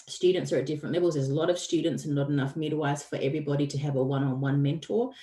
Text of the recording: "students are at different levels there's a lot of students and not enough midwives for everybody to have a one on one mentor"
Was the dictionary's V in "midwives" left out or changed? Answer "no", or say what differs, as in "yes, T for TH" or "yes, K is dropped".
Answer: yes, V is dropped